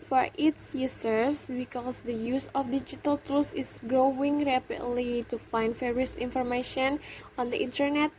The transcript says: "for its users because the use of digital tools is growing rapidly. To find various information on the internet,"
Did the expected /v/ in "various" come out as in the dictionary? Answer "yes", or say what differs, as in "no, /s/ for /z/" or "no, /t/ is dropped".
no, /f/ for /v/